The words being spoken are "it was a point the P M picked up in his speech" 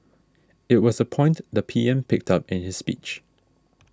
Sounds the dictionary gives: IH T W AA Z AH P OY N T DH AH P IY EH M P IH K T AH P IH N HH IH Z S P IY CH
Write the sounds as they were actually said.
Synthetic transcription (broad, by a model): IH T W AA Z AH P OY N T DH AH P IY EH M P IH K T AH P IH N HH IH S P IY CH